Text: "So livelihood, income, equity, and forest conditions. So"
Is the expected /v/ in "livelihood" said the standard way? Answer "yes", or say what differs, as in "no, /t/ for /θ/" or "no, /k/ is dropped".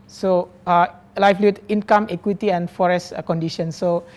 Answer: no, /f/ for /v/